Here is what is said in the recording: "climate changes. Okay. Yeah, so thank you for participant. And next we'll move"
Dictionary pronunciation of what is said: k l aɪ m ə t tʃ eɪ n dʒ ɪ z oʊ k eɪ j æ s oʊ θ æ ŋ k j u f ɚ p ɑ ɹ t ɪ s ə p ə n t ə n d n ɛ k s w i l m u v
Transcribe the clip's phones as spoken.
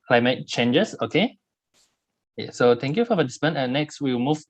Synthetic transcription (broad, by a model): k l aɪ m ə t tʃ eɪ n dʒ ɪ s oʊ k eɪ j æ s oʊ t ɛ ŋ k j u f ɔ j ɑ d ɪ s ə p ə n ə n n ɛ k s w i w m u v